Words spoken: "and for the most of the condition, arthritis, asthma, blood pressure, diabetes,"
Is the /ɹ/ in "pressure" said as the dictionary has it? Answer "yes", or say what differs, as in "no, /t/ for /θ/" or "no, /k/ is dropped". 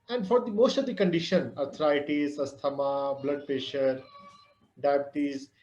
no, /ɹ/ is dropped